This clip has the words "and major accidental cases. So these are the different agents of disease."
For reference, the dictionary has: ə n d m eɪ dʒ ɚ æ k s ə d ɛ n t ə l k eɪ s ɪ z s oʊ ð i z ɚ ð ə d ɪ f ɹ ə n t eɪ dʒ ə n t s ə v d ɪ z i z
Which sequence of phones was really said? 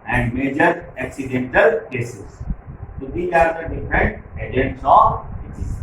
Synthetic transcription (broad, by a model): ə n d m eɪ dʒ ɚ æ k s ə d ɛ n t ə l k eɪ s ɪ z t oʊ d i ɚ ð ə d ɪ f ɹ ə n t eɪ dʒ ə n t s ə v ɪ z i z